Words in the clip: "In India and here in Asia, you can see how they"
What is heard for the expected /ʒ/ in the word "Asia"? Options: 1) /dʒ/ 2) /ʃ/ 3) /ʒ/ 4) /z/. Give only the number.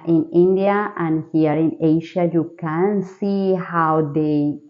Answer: 2